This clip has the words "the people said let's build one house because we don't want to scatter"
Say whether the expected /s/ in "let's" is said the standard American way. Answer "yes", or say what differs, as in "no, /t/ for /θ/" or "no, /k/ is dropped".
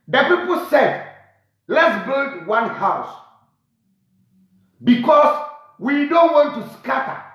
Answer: yes